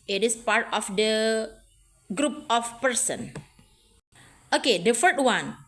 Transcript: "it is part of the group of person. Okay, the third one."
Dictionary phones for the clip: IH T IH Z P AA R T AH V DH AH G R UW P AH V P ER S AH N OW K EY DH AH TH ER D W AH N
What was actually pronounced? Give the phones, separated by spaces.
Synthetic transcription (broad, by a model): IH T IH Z P AA R T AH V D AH G R UW P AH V P ER S AH N OW K EY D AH F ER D W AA N